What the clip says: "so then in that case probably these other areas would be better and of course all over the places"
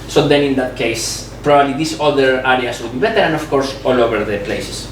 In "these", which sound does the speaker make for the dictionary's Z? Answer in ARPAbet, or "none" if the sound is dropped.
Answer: S